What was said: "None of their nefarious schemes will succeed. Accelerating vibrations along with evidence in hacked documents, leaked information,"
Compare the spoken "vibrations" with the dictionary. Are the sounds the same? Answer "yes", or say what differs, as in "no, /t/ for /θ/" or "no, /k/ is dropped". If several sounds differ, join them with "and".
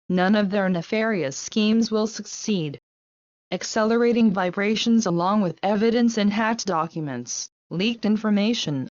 yes